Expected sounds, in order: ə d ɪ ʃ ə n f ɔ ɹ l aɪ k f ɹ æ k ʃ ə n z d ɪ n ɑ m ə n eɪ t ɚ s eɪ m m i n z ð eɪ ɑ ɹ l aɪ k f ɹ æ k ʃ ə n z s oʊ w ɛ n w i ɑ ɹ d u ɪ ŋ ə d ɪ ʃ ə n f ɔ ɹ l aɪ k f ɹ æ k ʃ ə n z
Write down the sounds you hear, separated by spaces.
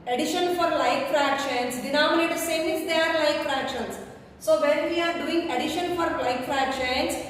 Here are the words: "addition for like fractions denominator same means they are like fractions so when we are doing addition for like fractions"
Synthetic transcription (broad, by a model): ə d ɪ ʃ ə n f ɔ ɹ l aɪ k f ɹ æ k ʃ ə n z d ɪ n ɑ m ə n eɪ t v s eɪ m m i z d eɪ ɑ ɹ l aɪ k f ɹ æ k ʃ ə n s s oʊ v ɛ n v i ɑ ɹ d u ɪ ŋ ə d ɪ ʃ ə n f ɔ ɹ l aɪ k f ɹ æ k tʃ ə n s